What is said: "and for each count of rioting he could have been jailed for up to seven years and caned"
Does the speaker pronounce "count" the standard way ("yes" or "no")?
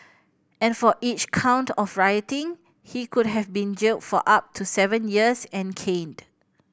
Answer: yes